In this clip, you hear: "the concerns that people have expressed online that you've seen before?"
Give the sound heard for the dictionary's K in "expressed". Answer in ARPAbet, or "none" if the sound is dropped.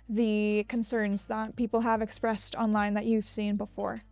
K